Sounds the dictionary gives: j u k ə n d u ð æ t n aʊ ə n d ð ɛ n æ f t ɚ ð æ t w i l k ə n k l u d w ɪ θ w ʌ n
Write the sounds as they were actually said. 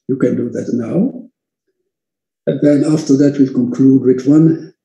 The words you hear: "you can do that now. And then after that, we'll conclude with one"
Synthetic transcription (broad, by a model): j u k ə n d u ð æ t n aʊ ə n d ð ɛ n æ f t ɚ ð æ t w i l k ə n k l u d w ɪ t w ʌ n